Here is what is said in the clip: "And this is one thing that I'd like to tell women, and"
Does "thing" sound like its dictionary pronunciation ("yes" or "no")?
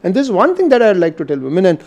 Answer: no